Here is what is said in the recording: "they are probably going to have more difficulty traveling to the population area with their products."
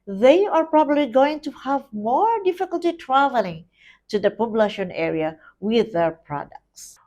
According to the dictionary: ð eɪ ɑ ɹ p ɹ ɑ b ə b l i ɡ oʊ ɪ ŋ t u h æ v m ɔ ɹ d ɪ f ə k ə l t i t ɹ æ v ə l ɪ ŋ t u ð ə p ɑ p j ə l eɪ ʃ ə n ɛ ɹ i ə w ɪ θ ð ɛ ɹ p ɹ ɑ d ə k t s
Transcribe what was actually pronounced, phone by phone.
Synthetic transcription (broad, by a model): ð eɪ ɑ ɹ p ɹ ɑ b ə b l i ɡ oʊ ɪ ŋ t u h æ v m ɔ ɹ d ɪ f ə k ə l t i t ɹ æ v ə l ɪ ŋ t u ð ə p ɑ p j l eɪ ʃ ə n ɛ ɹ i ə w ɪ ð ɛ ɹ p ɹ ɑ d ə k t s